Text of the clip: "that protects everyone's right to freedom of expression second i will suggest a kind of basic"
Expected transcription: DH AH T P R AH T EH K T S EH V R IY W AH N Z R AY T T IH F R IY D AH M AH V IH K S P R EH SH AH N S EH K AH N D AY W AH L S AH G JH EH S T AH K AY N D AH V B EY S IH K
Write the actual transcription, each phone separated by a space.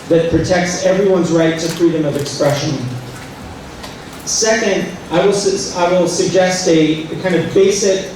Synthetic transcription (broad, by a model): DH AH T P R AH T EH K T S EH V R IY W AH N Z R AY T T IH F R IY D AH M AH V IH K S P R EH SH AH N S EH K AH N D AY W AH L S AH G JH EH S T AH K AY N D AH V B EY S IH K